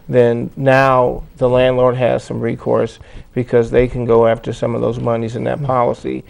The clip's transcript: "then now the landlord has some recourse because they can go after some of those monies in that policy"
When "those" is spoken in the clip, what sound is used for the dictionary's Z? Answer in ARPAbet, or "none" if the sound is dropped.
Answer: Z